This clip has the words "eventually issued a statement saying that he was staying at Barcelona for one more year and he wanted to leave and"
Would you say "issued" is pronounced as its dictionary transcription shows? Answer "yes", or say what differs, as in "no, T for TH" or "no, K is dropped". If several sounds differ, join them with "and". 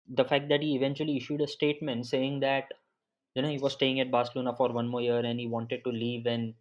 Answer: yes